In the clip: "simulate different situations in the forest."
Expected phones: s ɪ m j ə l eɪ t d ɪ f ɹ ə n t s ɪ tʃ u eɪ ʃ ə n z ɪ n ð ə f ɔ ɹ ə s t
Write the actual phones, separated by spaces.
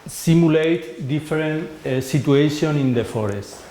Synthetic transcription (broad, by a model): s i m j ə l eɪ t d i f ɹ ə n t s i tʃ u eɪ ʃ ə n ɪ n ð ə f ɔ ɹ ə s t